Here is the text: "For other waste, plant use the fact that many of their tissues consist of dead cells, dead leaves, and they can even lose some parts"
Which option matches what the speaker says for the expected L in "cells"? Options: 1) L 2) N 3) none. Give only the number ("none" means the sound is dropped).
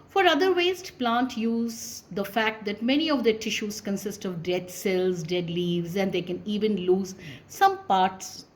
1